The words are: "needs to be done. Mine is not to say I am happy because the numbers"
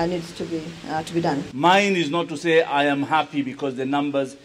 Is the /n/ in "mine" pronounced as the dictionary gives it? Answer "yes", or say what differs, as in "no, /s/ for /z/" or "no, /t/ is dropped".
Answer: yes